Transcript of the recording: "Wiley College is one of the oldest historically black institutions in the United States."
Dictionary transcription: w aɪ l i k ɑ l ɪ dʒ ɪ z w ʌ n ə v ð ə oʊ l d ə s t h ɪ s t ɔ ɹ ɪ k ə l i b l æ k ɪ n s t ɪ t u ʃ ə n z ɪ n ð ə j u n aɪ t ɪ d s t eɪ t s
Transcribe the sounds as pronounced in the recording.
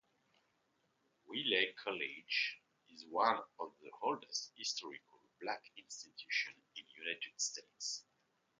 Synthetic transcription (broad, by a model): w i l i k ɑ l ɪ dʒ ɪ z w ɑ n ə v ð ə oʊ l d ə s t h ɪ s t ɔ ɹ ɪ k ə l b l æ k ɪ n s t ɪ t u ʃ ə n ɪ n j u n aɪ t ɪ d s t eɪ t s